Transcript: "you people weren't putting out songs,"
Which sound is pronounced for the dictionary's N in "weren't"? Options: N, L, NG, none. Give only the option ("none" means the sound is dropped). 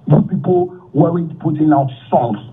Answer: none